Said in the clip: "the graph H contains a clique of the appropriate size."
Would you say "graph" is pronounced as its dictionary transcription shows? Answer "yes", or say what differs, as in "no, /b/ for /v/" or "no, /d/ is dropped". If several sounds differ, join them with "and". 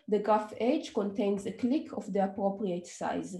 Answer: no, /ɹ/ is dropped